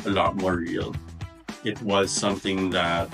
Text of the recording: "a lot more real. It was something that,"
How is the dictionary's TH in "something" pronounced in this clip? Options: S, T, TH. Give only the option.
TH